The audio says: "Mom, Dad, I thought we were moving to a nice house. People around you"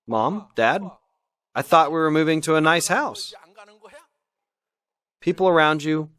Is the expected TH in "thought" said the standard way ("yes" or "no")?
yes